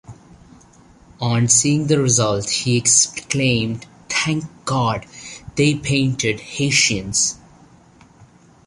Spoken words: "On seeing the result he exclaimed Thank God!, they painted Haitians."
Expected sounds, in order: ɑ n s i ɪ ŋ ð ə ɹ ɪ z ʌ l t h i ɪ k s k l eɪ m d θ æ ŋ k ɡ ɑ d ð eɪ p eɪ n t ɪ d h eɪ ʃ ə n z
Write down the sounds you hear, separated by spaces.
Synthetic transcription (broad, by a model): ɑ n s i ɪ ŋ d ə ɹ ɪ z ʌ l t h i ɪ k s k l eɪ m d t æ ŋ k ɡ ɑ d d eɪ p eɪ n t ɪ d h eɪ ʃ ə n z